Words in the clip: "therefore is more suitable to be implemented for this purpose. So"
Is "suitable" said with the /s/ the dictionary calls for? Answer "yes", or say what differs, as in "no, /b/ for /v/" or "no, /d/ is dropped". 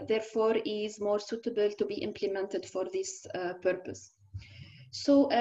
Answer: yes